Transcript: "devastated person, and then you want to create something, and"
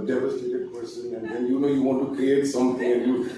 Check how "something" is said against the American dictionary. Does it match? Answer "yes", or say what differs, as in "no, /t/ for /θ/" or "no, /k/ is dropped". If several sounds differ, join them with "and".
no, /t/ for /θ/